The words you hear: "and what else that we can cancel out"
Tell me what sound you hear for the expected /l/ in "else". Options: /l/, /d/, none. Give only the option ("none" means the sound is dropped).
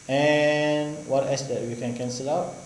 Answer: none